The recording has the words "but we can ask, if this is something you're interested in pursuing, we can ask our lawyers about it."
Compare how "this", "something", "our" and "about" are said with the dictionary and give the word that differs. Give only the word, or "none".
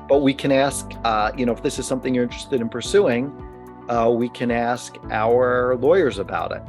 none